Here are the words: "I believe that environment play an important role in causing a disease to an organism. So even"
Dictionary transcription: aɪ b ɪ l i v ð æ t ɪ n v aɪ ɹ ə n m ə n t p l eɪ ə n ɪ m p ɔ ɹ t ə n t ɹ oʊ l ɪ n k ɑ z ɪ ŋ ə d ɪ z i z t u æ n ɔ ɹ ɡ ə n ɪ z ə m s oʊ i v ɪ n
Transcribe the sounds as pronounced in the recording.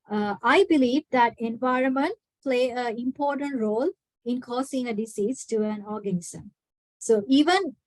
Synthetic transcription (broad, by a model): aɪ b ɪ l i v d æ t ɪ n v aɪ ɹ ə n m ə n t p l eɪ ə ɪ m p ɔ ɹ t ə n t ɹ oʊ l ɪ n k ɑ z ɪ ŋ ə d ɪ s i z t u æ n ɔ ɹ ɡ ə n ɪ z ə m s oʊ i v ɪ n